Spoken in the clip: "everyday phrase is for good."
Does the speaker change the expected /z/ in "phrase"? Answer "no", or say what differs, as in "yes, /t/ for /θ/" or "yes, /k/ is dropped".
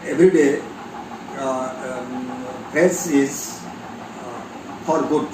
yes, /s/ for /z/